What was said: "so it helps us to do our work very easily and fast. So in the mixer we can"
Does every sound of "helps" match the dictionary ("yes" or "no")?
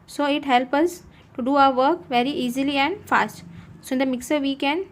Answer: no